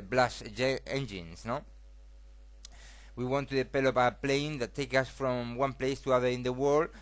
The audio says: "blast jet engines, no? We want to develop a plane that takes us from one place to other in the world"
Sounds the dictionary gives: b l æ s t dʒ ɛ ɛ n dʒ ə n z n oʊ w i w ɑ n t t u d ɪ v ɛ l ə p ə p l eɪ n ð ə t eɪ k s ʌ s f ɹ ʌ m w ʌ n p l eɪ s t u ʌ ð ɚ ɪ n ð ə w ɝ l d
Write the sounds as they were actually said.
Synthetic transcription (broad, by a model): b l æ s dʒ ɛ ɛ n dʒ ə n s n oʊ w i w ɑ n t t u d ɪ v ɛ l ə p ə p l eɪ n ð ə t eɪ k ʌ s f ɹ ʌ m w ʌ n p l eɪ s t u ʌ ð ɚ ɪ n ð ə w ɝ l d